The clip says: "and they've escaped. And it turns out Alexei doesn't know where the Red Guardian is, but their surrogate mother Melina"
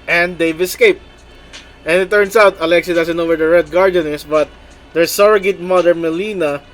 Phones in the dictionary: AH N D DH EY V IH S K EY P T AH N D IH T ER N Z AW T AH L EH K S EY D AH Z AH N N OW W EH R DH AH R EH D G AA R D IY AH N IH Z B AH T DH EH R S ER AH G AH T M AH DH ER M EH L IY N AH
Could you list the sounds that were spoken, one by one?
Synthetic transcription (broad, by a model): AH N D EY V IH S K EY P T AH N IH T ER N S AW T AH L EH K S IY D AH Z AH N N OW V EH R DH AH R EH D G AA R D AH N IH S B AH T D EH R S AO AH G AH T M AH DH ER M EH L IY N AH